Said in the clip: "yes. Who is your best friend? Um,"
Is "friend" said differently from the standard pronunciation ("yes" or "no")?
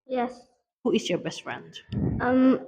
no